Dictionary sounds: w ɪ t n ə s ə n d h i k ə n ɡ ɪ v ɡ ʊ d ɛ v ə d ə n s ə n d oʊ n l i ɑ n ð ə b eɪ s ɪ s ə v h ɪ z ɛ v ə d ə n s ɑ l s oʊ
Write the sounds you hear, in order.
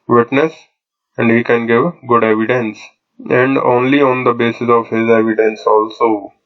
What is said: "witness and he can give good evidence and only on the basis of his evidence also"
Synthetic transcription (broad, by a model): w ɪ t n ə s ə n d h i k ə n ɡ ɪ v ɡ ʊ d ɛ v ə d ə n s ə n d oʊ n l i ɑ n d ə b eɪ s ɪ s ə v h ɪ z ɛ v ə d ə n s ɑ l s oʊ